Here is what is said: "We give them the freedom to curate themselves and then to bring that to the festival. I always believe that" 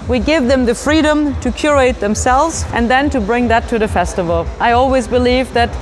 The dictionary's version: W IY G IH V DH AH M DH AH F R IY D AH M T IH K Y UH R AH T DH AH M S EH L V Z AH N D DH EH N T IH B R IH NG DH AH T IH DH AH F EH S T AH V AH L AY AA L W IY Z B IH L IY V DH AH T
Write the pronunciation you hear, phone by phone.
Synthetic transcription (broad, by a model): W IY G IH V DH AH M DH AH F R IY D AH M T IH K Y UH R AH T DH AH M S EH L V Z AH N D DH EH N T IH B R IH NG DH AH T IH DH AH F EH S T AH V AH L AY AA L W IY Z B IH L IY V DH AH T